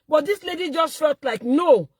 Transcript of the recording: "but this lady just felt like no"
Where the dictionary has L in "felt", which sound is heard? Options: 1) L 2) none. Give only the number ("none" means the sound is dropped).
2